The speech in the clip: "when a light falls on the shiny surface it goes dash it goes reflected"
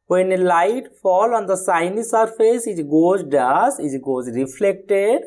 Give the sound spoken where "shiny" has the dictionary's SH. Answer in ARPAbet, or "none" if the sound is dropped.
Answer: S